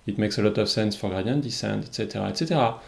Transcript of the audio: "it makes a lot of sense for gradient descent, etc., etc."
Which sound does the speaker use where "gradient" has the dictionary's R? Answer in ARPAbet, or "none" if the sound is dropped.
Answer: none